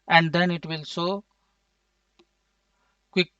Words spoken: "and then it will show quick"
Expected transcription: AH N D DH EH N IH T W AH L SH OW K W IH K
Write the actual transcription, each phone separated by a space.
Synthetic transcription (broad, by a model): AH N D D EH N IH T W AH L S OW K W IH K